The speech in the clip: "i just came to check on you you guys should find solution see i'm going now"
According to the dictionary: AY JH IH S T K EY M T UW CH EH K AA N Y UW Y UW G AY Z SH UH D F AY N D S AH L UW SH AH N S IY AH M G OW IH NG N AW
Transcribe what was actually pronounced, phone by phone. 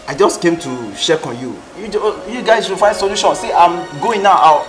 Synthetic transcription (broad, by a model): AY JH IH S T K EY M T UW SH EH K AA N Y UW Y UW G AY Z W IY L F AY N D S AH L UW SH AH N S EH AH M G OW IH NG N AW